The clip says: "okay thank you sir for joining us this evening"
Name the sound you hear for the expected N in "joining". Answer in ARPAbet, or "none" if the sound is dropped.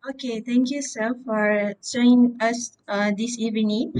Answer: none